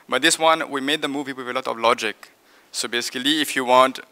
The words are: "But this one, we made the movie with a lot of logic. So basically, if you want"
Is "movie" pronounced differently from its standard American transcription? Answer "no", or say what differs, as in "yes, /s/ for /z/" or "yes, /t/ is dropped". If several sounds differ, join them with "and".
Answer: no